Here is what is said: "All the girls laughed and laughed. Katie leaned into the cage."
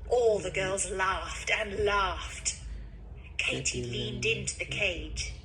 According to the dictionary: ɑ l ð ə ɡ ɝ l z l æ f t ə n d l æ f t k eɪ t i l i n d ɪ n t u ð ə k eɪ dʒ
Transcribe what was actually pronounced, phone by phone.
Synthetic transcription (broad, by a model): ɑ l ð ə ɡ ɝ l z l æ f t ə n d l æ f t k eɪ t i l i n d ɪ n t u ð ə k eɪ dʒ